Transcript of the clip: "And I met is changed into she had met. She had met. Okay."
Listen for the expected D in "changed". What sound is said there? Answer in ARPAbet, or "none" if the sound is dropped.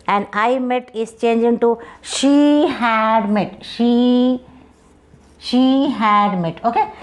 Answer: none